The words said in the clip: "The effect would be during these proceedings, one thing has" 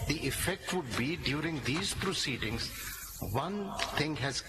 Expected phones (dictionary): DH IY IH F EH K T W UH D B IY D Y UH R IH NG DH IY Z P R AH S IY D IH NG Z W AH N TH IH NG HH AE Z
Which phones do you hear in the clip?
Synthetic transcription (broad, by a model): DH IY IH F EH K T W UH D B IY D Y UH R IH NG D IY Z P R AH S IY D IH NG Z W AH N T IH NG HH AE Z